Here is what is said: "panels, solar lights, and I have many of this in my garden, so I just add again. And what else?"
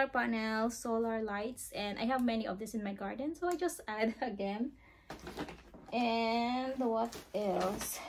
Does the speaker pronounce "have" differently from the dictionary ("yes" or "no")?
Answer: no